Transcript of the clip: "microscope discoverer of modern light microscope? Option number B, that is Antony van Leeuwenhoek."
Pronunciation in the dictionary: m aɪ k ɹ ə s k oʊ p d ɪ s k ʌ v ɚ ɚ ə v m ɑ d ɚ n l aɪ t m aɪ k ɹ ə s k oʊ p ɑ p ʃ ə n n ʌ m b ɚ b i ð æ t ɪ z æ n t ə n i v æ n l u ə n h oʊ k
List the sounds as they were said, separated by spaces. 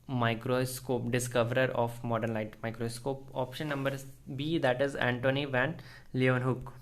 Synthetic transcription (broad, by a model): m aɪ k ɹ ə s k oʊ p d ɪ s k ʌ v ɚ ɚ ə f m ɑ d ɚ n l aɪ t m aɪ k ɹ ə s k oʊ p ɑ p ʃ ə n n ʌ m b ɚ b i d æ t ɪ z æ n t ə n i v æ n l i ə n h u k